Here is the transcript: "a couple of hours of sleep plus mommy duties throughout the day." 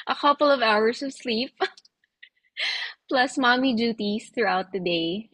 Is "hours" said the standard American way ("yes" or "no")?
no